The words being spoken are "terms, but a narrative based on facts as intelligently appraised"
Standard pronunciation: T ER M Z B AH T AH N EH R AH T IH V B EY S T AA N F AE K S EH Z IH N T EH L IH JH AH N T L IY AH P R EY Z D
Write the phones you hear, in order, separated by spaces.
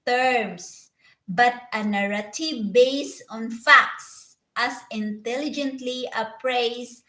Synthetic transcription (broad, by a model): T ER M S B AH T AH N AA R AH T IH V B EY S AA N F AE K S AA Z IH N T EH L IH JH AH N T L IY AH P R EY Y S